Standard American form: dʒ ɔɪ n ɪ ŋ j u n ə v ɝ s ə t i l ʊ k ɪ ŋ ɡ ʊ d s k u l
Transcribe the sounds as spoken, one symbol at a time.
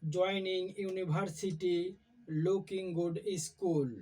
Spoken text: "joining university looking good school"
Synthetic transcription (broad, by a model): dʒ ɔɪ n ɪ ŋ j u n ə b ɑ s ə t i l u k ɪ ŋ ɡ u d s k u l